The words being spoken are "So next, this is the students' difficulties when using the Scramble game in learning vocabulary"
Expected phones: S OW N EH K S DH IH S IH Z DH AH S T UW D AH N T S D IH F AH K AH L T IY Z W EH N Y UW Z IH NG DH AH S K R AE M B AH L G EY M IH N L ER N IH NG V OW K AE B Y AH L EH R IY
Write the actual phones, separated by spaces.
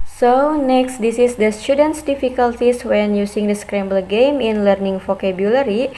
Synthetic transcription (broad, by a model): S OW N EH K S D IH S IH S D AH S T UW D AH N T S D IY F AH K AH L T IY S W EH N Y UW S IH NG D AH S K R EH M B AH L G EY M IH N L ER N IH NG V OW K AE B Y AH L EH R IY